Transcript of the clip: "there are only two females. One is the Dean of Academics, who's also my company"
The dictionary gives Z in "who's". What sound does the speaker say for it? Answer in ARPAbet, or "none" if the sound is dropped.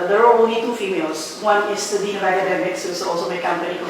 none